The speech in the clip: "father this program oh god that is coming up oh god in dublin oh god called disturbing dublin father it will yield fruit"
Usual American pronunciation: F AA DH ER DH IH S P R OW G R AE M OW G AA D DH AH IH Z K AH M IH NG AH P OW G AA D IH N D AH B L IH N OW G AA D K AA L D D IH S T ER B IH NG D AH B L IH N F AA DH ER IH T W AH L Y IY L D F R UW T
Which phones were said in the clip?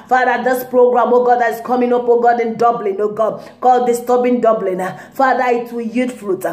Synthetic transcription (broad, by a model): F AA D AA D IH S P R OW G R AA M OW G AA D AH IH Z K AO M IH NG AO P OW G AA D IH N D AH B L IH N OW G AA K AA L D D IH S T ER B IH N D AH B L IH N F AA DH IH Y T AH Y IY D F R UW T